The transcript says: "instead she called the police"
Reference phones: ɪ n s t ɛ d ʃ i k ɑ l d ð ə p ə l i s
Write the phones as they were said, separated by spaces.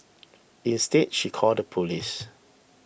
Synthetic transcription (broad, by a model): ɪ n s t ɛ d ʃ i k ɑ l d ə p ə l i s